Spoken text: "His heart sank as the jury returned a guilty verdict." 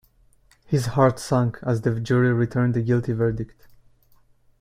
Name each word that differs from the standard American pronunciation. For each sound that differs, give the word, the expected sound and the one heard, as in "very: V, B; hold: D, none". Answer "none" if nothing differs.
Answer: none